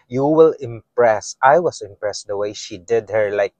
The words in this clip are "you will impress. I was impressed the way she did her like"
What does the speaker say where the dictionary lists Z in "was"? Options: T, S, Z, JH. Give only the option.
S